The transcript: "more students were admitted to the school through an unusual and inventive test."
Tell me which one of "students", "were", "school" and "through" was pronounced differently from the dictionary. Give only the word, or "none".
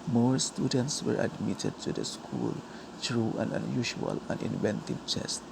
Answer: through